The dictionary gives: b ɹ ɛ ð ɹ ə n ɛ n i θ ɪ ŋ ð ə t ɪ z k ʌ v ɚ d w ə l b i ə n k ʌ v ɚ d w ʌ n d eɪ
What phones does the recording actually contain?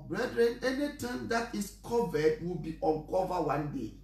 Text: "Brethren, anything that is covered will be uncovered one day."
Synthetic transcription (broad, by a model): b ɹ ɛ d ɹ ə n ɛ n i t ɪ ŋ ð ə t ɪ s k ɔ v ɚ d w ə l b i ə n k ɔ v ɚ w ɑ n d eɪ